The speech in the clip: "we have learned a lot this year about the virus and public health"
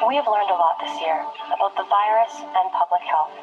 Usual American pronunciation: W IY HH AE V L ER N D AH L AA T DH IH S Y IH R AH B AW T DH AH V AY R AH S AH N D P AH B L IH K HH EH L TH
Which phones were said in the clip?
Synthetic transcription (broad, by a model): W IY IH V L ER N D AH L AA T DH IH S Y IH R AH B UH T DH AH V AY R AH S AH N P AH B L IH K HH EH L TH